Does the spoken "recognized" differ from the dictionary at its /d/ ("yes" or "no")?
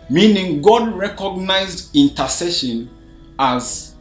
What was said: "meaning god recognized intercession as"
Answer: no